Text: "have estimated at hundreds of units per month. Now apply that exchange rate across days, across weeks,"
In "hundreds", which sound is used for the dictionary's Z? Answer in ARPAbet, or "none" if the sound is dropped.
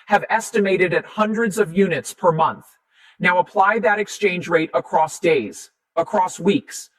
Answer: Z